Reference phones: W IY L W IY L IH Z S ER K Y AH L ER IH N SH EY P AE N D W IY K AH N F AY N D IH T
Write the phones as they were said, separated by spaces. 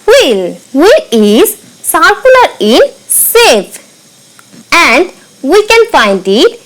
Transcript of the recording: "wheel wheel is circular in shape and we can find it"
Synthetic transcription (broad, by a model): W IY L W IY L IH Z S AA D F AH L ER IH N S EY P AE N D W IY K AH N F AY N D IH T